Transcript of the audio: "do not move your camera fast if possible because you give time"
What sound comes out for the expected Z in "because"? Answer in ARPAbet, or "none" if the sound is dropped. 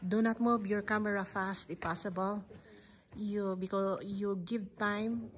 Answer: none